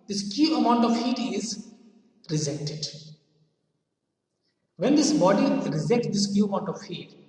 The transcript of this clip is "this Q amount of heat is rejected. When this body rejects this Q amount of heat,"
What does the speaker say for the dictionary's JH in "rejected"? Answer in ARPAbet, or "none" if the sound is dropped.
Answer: Z